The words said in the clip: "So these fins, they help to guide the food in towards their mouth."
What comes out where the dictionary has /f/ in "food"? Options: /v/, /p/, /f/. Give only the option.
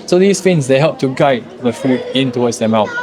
/f/